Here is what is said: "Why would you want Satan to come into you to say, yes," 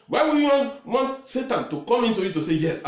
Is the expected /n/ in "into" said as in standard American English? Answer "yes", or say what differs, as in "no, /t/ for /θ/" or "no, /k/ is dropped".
yes